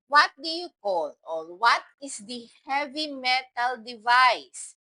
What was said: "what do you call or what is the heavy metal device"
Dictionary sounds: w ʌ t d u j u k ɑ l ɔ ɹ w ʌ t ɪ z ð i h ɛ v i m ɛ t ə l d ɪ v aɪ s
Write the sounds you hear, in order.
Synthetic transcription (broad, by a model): w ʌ t d u j u k ɑ l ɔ l w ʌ t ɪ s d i h ɛ v i m ɛ t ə l d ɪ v aɪ s